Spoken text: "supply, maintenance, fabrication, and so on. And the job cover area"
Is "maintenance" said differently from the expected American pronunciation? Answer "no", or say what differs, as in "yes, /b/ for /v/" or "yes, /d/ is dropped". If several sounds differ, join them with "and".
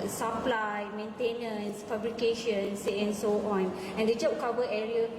no